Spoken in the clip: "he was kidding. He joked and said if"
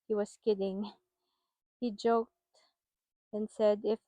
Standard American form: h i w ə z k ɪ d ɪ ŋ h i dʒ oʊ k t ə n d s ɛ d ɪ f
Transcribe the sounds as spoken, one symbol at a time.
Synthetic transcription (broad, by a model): h i w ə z k ɪ d ɪ ŋ h i dʒ oʊ k t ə n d s ɛ d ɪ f